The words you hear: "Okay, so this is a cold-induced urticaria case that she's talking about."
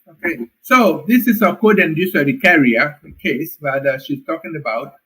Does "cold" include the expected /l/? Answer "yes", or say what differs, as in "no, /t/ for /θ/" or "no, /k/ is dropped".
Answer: no, /l/ is dropped